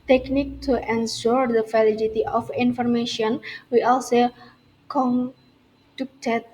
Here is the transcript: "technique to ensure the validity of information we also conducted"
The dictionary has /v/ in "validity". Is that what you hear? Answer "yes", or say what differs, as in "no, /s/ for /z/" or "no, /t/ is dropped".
no, /f/ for /v/